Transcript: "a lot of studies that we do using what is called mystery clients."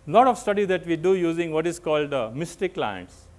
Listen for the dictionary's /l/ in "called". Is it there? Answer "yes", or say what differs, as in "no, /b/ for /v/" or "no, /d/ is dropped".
yes